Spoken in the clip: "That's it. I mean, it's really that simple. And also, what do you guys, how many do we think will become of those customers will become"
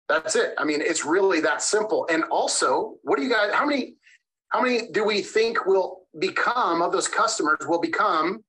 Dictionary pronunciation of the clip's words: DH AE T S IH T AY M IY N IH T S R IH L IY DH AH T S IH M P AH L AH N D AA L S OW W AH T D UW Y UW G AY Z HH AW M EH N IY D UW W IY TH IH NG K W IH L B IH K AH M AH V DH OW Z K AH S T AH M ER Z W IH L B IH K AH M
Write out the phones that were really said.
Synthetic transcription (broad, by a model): DH AE T S IH T AY M IY N IH T S R IH L IY DH AH T S IH M P L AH N AA L S OW W AH T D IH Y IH G AY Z HH AW M EH N IY D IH W IY TH IH NG K W IH L B IH K AH M AH V DH OW Z K AH S T AH M ER Z W IH L B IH K AH M